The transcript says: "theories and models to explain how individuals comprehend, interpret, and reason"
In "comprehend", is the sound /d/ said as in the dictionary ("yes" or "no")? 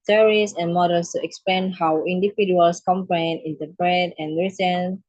no